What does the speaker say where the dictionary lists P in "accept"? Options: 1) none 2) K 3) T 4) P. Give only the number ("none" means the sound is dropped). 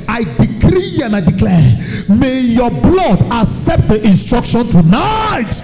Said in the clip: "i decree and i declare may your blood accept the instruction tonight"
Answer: 4